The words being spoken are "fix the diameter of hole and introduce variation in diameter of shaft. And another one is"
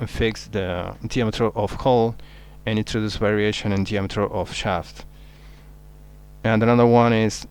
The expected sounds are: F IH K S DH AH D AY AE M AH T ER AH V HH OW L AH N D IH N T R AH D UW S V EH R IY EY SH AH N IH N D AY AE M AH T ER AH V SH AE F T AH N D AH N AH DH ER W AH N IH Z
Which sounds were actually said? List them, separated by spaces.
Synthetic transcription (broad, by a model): F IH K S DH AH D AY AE M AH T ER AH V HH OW L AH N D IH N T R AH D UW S V EH R IY EY SH AH N IH N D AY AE M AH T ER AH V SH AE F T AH N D AH N AH DH ER W AH N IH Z